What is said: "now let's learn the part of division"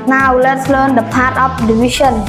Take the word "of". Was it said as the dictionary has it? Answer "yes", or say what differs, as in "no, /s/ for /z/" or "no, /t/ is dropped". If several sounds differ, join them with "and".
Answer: no, /p/ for /v/